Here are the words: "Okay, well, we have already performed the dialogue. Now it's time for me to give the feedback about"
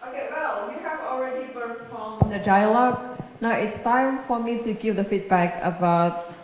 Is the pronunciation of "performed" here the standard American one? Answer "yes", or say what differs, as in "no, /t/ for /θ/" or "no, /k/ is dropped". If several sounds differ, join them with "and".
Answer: no, /b/ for /p/